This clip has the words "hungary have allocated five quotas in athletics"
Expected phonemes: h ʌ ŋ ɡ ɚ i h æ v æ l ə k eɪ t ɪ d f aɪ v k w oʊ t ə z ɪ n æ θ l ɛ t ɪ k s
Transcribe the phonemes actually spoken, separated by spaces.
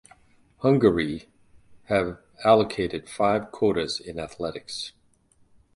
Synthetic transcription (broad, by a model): h ʌ ŋ ɡ ɚ i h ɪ v æ l ə k eɪ t ɪ d f aɪ v k w oʊ t ə z ɪ n æ θ l ɛ t ɪ k s